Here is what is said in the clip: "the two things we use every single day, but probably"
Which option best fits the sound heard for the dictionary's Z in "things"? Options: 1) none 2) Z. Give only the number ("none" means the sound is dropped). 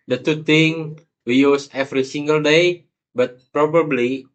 1